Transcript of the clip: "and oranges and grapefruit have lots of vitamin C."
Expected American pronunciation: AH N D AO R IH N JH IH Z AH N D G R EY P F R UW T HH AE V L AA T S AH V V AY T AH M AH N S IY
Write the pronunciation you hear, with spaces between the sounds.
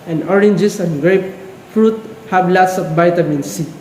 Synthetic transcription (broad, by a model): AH N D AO R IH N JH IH S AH N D G R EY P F R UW T HH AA B L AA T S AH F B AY T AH M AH N S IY